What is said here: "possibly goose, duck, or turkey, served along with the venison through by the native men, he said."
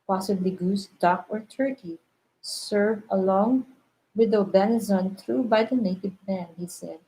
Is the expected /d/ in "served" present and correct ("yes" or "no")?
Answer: no